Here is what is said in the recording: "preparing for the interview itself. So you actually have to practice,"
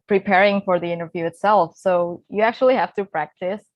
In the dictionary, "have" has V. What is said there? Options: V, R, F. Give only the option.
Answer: F